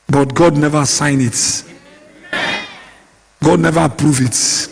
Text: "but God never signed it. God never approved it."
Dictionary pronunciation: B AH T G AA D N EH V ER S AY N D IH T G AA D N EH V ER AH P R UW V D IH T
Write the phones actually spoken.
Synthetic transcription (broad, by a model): B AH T G AA D N EH V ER S AY N IH T G AA D N EH V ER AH P R UW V IH T